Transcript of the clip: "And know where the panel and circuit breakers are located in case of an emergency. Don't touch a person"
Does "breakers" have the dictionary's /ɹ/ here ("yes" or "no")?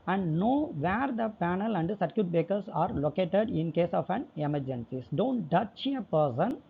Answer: no